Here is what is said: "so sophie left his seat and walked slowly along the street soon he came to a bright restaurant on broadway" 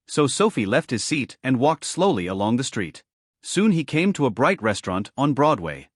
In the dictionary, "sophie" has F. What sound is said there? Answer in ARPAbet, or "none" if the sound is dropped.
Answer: F